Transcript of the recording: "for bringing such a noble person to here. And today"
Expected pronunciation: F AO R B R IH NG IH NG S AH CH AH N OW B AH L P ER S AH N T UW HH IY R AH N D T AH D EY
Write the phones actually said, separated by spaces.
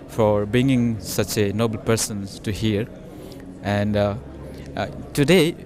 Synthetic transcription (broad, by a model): F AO R B IH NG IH NG S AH CH AH N OW B AH L P ER S AH N T UW HH IY R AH N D T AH D EY